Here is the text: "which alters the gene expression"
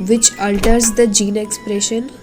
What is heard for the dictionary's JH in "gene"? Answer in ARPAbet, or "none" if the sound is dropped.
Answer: JH